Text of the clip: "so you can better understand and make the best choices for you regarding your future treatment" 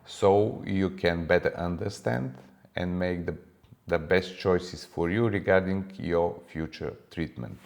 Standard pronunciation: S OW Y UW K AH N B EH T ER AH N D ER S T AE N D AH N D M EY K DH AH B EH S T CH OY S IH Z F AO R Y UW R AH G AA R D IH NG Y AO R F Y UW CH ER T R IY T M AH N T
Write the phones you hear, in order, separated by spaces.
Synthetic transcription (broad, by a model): S OW Y UW K AH N B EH T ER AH N D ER S T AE N D AH N D M EY K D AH B EH S T CH OY S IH S F AO R Y UW R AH G AA R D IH NG Y AO R F Y UW CH ER T R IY T M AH N T